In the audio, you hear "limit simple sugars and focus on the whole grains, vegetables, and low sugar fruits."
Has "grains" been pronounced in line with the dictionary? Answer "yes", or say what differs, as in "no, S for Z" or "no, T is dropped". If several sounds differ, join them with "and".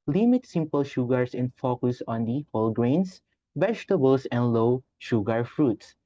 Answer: no, S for Z